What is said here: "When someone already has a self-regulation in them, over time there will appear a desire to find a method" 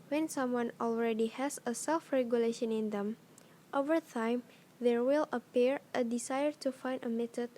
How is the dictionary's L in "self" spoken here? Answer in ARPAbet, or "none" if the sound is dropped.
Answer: L